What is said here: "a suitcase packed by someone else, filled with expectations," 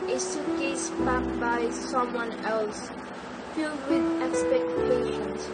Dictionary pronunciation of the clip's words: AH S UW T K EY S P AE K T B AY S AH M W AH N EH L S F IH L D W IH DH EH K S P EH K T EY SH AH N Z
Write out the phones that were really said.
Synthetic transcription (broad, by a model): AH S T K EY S B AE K B AY S AH M W AH N EH L S F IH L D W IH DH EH K S P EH K T EY SH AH N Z